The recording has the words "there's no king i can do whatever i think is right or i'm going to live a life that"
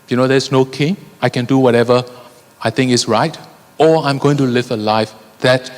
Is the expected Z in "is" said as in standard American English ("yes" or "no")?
no